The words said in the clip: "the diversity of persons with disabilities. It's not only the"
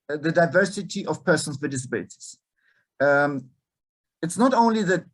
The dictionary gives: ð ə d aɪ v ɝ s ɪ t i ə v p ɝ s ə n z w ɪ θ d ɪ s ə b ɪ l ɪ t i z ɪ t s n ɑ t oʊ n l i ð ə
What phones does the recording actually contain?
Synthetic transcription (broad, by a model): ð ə d aɪ v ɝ s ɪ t i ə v p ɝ s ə n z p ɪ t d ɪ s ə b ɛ ɪ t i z ɪ t s n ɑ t oʊ n l i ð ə